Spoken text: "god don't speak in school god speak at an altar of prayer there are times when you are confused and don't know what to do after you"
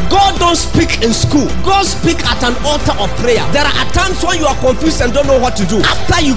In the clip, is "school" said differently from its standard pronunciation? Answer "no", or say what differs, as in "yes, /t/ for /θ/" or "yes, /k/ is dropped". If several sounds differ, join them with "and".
no